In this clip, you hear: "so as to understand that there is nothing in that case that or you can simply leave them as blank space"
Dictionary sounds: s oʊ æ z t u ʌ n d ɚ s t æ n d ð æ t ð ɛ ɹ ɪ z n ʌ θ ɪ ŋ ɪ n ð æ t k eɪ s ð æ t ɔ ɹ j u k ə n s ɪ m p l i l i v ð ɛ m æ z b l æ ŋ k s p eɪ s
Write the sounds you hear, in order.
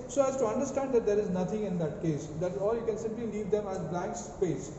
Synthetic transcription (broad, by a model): s oʊ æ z t u ʌ n d ɚ s t æ n d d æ t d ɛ ɹ ɪ z n ʌ t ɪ ŋ ɪ n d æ t k eɪ s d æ t ɔ l j u k ə n s ɪ m p l i l i v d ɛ m æ z b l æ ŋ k s p eɪ s